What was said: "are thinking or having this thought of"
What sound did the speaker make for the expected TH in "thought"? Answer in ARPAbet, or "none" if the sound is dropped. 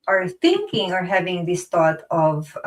T